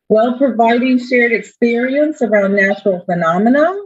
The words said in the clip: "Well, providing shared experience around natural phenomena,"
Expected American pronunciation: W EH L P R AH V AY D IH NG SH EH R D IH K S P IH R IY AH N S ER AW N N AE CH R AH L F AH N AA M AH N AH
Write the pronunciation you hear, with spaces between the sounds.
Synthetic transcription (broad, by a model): W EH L P R AH V AY D IH NG SH EH R D IH K S P IH R IY AH N S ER AW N N AE CH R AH L F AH N AA M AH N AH